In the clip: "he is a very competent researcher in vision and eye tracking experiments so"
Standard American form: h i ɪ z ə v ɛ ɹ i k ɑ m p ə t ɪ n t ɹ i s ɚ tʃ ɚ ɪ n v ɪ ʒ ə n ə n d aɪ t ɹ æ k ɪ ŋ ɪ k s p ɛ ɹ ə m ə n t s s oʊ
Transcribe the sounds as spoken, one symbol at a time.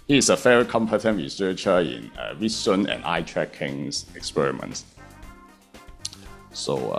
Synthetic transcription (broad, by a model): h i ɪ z ə f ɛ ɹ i k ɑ m p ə t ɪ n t ɹ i s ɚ tʃ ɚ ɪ n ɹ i s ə n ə n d aɪ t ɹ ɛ k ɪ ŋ ɪ k s p ɛ ɹ ə m ə n t s s oʊ